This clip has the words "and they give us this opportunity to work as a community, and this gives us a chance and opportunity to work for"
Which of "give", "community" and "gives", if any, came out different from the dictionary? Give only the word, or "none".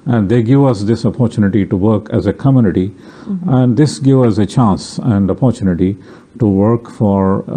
gives